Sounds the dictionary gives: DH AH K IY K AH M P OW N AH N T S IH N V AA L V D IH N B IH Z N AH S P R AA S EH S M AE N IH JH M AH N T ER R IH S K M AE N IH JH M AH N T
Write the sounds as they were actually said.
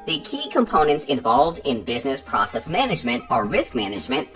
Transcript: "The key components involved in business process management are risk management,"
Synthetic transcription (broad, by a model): DH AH K IY K AH M P OW N AH N T S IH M V AA L V D IH N B IH Z N AH S P R AA S EH S M AE N IH JH M AH N T ER R IH S K M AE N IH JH M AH N T